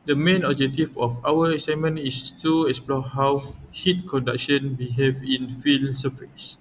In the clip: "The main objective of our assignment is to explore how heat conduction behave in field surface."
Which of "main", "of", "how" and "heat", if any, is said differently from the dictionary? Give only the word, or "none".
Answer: of